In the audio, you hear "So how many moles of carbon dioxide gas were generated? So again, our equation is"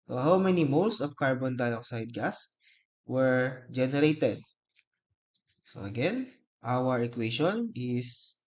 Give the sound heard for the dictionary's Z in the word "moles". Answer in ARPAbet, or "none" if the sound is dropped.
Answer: S